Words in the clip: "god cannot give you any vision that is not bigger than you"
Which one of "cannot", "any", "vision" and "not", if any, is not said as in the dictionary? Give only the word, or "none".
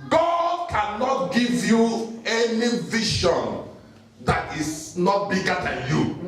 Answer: vision